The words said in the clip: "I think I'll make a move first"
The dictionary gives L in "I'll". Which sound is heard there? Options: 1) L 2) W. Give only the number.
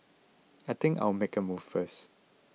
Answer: 2